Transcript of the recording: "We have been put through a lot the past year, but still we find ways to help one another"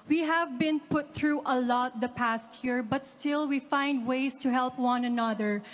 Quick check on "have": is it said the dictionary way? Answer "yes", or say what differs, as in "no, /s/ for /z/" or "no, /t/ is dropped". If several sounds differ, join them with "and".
yes